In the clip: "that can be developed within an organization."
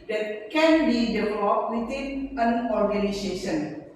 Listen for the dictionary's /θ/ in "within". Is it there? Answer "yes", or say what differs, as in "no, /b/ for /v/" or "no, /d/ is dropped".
no, /t/ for /θ/